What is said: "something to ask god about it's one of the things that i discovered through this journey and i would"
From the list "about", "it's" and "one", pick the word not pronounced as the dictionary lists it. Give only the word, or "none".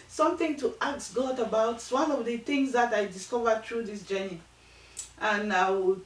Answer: about